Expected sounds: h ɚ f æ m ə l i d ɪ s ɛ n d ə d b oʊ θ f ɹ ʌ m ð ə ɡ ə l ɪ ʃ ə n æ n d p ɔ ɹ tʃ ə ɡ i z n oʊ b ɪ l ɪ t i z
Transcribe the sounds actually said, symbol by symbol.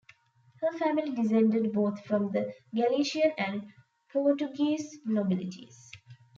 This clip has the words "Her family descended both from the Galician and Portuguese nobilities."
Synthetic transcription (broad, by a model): h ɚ f æ m ə l i d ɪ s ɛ n d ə d b oʊ t f ɹ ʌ m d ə ɡ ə l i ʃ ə n æ n d p ɔ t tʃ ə ɡ i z n oʊ b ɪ l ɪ t i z